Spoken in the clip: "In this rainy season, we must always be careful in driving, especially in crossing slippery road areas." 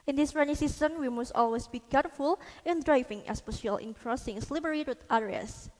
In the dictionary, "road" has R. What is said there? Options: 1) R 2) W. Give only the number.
2